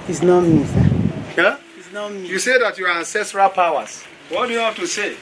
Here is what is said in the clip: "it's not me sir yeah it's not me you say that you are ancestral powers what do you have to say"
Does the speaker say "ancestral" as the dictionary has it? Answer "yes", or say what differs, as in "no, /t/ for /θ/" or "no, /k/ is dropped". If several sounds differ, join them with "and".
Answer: yes